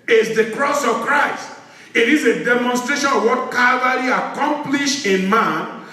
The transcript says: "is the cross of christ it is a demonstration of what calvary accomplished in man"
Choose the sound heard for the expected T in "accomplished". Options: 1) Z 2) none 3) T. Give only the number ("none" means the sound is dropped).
2